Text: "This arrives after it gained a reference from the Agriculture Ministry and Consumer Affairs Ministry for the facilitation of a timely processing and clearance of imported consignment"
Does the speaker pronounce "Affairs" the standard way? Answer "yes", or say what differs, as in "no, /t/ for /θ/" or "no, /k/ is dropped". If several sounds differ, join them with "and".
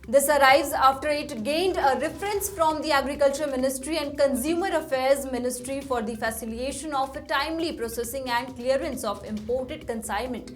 yes